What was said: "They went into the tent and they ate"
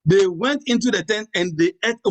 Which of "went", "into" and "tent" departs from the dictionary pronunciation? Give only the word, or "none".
none